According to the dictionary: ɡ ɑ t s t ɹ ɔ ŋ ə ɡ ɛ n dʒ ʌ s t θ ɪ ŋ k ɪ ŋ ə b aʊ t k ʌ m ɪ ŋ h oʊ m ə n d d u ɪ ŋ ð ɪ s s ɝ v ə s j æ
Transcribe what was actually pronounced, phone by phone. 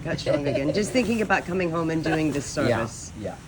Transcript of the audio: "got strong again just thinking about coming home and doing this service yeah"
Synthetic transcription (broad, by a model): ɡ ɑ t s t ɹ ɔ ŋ ə ɡ ɛ n dʒ ʌ s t θ ɪ ŋ k ɪ ŋ ə b aʊ t k ʌ m ɪ ŋ h oʊ m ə n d d u ɪ ŋ ð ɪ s s ɝ v ə s j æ